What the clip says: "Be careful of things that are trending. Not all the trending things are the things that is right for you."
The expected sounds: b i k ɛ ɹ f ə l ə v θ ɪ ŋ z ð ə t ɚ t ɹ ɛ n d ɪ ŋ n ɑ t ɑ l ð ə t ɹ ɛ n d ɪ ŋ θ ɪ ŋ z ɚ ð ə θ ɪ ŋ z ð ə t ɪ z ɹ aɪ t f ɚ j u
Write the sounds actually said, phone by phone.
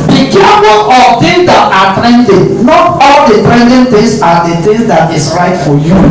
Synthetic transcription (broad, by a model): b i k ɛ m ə n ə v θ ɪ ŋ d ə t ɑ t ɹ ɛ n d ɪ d n ɑ t ɑ l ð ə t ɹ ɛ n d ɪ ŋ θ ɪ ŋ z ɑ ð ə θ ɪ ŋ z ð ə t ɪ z ɹ aɪ t f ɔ j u